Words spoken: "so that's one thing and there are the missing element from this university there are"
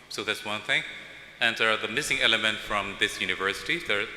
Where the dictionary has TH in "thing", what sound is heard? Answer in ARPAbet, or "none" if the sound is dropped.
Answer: TH